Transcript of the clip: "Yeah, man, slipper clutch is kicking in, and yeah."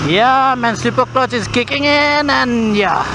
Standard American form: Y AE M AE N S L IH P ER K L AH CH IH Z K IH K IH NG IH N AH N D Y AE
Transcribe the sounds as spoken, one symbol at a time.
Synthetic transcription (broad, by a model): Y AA M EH N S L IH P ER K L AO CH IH S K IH K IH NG IH N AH N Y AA